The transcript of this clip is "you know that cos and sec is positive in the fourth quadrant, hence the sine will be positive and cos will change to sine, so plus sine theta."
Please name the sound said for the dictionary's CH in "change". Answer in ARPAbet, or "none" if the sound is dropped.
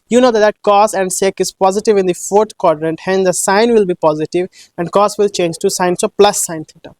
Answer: CH